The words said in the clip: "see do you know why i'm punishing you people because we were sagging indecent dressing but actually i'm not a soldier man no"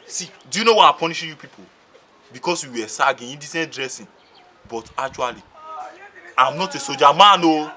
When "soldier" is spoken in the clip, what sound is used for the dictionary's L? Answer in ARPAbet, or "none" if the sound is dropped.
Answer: none